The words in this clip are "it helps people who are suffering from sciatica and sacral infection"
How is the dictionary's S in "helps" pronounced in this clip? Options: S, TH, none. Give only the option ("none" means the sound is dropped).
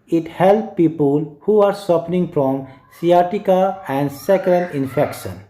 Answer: none